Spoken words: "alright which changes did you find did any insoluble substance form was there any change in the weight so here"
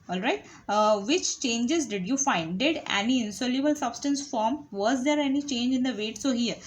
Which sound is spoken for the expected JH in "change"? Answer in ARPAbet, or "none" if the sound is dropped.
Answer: JH